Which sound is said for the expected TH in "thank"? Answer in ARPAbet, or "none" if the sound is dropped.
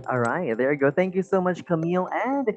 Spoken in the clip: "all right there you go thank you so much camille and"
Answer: TH